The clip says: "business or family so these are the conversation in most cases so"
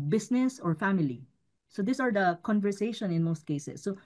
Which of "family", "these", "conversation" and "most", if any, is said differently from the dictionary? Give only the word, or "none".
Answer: these